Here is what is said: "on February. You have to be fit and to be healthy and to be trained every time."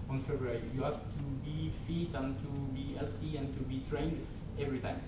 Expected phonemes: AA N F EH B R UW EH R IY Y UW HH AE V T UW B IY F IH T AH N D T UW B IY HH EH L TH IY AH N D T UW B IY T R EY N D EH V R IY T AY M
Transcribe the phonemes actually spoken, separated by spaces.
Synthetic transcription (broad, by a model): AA N F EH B R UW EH R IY Y UW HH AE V T UW B IY F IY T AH N T UW B IY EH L S IY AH N T UW B IY T R EY N D EH V R IY T AY M